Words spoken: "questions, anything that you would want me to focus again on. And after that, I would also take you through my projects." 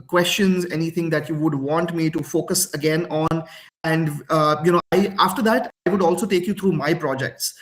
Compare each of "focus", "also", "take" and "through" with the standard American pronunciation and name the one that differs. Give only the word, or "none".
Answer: through